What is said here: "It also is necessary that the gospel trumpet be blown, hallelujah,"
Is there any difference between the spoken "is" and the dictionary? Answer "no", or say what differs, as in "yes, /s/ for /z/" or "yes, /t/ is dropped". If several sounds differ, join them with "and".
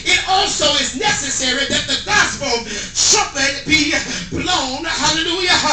no